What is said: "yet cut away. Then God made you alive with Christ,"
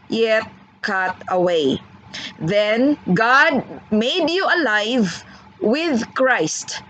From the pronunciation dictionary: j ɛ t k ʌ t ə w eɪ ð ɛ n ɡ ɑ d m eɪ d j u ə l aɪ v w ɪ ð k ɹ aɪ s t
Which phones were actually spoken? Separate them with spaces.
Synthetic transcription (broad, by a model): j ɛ t k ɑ t ə w eɪ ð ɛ n ɡ ɑ d m eɪ d j u ə l aɪ v w ɪ ð k ɹ aɪ s t